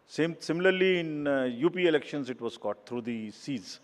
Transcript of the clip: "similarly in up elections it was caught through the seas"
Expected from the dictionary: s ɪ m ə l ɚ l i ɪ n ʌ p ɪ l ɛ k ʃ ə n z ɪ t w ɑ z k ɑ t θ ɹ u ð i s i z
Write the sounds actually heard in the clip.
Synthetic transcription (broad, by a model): s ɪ m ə l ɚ l i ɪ n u p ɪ l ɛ k ʃ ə n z ɪ t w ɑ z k ɑ t t ɹ u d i s i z